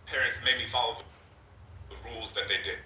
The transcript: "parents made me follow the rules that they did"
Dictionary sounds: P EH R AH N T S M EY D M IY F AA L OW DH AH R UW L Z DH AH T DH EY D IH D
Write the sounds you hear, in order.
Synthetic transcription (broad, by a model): P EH R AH N T S M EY M IY F AA L OW DH AH R UW L Z DH AH T DH EY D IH